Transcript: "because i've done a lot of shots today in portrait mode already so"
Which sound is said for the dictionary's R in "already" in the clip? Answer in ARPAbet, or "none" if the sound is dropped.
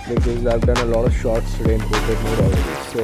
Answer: none